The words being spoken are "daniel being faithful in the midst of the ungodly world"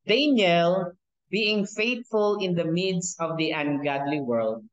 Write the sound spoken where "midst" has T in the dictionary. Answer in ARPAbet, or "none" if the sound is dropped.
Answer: none